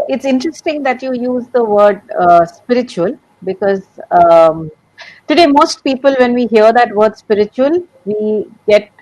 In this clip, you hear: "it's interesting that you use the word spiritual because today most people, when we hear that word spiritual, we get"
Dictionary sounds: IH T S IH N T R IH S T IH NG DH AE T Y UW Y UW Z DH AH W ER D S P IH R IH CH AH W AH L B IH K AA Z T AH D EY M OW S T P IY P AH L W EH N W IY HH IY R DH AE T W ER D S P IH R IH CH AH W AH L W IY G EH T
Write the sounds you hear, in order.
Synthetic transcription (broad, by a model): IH T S IH N T R IH S T IH NG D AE T Y UW Y UW Z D AH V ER D S P IH R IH CH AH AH L B IH K AA Z T AH D EY M OW S T P IY P AH L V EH N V IY HH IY R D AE T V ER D S P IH R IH CH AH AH L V IY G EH T